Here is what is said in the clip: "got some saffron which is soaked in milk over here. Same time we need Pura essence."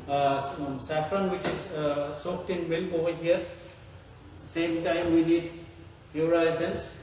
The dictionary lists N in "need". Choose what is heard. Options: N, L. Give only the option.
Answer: N